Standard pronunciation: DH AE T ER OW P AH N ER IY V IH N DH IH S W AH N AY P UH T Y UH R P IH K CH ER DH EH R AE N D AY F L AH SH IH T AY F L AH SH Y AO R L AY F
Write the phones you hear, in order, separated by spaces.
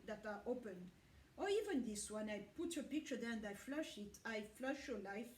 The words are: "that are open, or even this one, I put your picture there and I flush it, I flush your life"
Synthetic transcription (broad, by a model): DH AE T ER OW P AH N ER IY V IH N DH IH S W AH N AY P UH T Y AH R P IH K CH ER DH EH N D AY F L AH SH IH T AY F L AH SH Y AO R L AY F